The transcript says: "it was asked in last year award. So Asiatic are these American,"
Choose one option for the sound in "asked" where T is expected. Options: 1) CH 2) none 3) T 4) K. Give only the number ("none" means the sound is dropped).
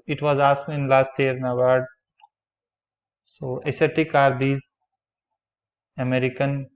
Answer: 2